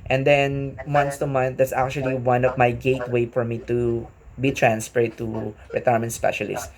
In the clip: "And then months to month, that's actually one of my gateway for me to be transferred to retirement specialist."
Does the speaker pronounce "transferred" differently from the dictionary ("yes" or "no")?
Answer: yes